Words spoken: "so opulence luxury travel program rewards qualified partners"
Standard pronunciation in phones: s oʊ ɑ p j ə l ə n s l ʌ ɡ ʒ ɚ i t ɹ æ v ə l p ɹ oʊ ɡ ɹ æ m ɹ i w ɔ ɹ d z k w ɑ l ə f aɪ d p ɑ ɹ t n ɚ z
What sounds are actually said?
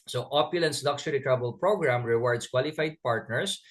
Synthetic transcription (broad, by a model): s oʊ ɑ p j ə l ə n s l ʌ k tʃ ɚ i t ɹ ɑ b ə l p ɹ oʊ ɡ ɹ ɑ m ɹ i w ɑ ɹ d s k w ɑ l ə f aɪ d p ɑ ɹ t n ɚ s